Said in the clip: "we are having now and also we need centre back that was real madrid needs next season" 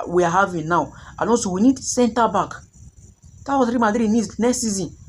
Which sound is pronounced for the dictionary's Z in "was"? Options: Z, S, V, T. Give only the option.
S